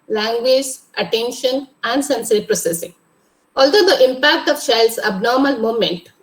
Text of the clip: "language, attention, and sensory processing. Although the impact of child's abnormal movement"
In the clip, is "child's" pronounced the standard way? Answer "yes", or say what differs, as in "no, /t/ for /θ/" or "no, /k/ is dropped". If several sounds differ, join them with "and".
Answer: no, /ʃ/ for /tʃ/